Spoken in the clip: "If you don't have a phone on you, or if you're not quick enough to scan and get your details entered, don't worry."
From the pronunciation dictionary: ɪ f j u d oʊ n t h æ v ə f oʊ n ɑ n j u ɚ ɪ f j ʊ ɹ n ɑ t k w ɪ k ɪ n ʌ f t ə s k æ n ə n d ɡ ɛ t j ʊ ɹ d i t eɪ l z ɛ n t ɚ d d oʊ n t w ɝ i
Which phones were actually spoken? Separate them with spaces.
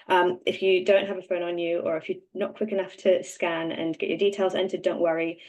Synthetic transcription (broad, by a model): ɪ f j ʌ d oʊ n t h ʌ v ə f oʊ n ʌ n j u ɚ ɪ f j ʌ n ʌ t k w ɪ k ɪ n ʌ f t ə s k æ n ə n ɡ ɛ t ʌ ɹ d i t eɪ l z ɛ n t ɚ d d oʊ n t w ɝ i